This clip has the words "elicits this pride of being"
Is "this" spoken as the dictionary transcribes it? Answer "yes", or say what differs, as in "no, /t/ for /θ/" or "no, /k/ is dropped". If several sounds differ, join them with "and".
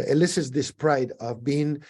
yes